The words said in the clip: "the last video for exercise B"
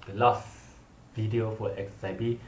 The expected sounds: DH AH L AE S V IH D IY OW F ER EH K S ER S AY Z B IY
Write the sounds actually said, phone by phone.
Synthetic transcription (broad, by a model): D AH L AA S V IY D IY OW F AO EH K S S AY B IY